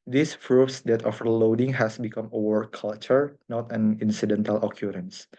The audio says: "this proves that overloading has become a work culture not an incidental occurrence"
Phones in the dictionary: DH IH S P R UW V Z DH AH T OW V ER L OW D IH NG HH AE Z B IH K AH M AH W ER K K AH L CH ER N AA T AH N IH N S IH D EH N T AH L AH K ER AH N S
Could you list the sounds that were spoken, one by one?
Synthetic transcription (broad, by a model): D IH S F R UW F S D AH T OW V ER L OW D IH NG HH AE S B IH K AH M AH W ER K K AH L CH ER N AA T AH N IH N S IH D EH N T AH L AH K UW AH N S